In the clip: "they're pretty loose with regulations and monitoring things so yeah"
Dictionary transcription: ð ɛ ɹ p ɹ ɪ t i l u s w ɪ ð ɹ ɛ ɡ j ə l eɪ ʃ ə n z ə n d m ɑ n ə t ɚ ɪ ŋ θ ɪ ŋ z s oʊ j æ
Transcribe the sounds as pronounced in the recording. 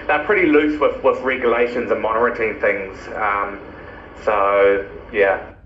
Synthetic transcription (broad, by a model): ð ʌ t p ɹ ɪ t i l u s w ɪ ð ɹ ɛ ɡ j ə l eɪ ʃ ə n z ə n m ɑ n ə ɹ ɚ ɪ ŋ θ ɪ ŋ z s oʊ j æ